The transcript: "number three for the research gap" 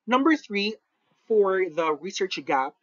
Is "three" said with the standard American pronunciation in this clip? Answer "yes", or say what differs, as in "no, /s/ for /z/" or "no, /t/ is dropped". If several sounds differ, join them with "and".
yes